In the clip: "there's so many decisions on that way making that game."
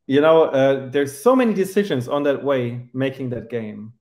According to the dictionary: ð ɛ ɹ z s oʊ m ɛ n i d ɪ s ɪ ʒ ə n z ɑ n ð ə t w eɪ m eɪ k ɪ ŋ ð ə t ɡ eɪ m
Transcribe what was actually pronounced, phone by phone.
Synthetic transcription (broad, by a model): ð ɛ ɹ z s oʊ m ɛ n i d ɪ s ɪ ʒ ə n z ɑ n ð ə t w eɪ m eɪ k ɪ ŋ ð ə t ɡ eɪ m